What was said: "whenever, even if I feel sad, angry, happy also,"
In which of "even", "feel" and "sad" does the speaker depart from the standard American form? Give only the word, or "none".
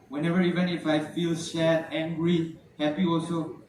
sad